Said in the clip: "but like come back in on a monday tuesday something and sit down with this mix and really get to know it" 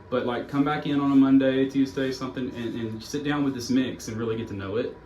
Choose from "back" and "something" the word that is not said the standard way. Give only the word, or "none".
none